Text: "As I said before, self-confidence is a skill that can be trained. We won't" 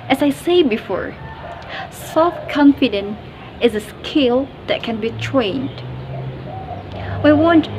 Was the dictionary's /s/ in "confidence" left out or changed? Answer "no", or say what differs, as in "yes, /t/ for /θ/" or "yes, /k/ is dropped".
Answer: yes, /s/ is dropped